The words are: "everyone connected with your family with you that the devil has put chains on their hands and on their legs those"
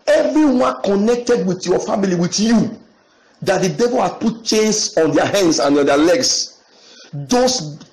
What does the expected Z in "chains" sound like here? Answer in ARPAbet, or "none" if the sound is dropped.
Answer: S